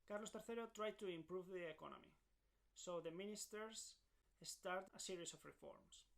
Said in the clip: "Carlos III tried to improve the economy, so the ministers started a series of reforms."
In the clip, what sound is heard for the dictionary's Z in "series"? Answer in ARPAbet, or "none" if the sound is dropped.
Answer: S